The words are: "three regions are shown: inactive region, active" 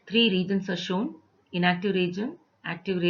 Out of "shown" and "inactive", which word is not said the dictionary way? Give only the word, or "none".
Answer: none